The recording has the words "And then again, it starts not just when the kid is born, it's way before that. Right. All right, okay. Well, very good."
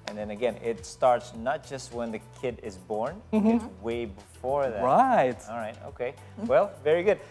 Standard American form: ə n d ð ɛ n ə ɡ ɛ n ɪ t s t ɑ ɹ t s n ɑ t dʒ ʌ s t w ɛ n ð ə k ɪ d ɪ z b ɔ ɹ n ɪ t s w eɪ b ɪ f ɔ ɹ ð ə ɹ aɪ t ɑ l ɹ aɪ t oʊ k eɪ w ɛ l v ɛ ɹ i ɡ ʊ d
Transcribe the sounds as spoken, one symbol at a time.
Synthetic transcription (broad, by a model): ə n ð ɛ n ə ɡ ɛ n ɪ t s t ɑ ɹ t s n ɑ t dʒ ʌ s t w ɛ n ð ə k ɪ d ɪ z b ɔ ɹ n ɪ w eɪ b ɪ f ɔ ɹ ð ə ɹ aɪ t ɑ l ɹ aɪ t oʊ k eɪ w ɛ l v ɛ ɹ i ɡ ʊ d